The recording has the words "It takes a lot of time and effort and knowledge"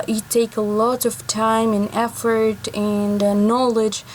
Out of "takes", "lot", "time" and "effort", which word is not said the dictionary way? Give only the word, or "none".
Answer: takes